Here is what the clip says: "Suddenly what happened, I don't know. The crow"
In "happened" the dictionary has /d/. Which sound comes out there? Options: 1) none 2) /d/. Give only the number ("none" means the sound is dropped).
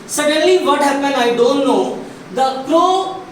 1